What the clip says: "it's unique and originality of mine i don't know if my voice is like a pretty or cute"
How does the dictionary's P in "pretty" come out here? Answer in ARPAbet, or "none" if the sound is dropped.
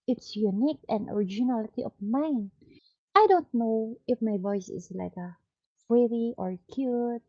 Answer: F